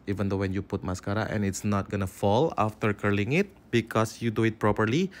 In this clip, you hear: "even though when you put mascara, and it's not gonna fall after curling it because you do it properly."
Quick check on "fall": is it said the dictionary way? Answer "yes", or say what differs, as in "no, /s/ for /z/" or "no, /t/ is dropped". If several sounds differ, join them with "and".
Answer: yes